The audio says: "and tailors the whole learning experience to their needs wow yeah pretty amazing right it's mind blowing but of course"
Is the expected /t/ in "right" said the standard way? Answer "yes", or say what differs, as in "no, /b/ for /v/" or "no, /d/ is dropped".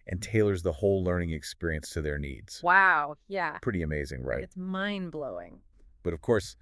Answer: no, /t/ is dropped